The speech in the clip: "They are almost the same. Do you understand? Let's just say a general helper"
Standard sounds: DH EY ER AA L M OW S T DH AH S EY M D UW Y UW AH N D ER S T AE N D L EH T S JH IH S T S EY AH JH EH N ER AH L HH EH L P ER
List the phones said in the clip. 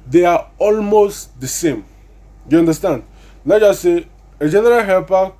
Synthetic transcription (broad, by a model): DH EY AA AA L M OW S T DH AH S EY M Y UW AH N D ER S T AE N D N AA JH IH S S EY AH JH EH N ER AH L HH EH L P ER